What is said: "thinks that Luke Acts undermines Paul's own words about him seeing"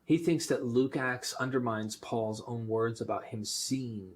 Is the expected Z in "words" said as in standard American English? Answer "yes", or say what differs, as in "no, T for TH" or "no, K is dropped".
yes